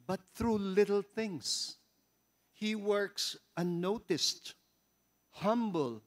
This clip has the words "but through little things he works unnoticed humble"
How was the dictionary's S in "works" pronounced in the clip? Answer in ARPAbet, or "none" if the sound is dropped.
S